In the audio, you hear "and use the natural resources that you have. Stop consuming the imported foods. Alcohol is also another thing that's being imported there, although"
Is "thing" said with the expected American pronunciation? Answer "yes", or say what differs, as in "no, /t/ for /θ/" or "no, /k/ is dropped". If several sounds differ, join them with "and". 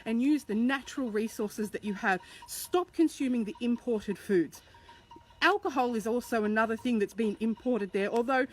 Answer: yes